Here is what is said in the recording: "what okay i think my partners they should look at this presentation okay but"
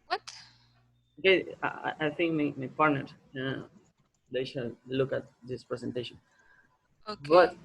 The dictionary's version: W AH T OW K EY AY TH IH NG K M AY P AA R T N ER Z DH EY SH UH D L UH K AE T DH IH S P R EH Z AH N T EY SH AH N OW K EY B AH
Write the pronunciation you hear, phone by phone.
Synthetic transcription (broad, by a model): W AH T OW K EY AY T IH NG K M AY P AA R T N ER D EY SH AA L L UH K AE T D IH S P R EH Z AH N T EY SH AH N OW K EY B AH